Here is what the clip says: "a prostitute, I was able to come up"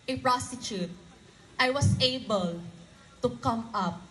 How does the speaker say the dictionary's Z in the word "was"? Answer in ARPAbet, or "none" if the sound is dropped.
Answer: S